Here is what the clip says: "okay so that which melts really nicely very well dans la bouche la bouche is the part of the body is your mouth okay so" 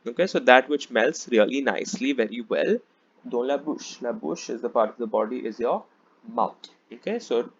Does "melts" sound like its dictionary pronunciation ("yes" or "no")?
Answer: yes